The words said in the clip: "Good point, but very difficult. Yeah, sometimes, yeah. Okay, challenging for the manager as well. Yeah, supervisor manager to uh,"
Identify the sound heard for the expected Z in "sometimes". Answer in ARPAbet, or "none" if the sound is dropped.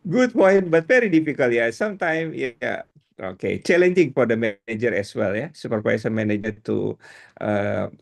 none